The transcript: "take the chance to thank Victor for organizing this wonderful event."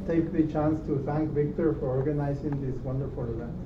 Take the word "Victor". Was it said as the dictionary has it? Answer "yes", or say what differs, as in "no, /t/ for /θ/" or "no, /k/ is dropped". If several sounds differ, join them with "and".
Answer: yes